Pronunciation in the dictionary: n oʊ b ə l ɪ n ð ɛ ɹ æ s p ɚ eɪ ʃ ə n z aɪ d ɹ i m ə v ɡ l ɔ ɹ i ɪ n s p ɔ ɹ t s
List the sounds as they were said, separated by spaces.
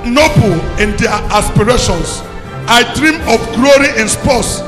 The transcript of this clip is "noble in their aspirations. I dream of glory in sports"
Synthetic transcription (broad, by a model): n oʊ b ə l ɪ n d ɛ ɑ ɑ s p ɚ eɪ ʃ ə n s aɪ d ɹ i m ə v ɡ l ɔ ɹ i ɪ n s p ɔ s